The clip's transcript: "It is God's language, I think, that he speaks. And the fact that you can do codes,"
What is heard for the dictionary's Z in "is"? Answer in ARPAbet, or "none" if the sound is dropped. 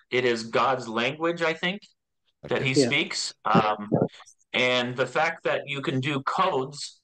Z